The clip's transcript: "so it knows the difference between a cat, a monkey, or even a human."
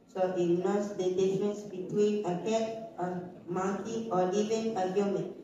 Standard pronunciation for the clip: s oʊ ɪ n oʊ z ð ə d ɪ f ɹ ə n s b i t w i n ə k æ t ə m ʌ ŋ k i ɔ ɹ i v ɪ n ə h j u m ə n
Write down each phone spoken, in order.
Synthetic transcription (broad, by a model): s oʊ ɪ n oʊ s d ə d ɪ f ɹ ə n s b i t w i n ə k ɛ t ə m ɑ k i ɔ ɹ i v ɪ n ə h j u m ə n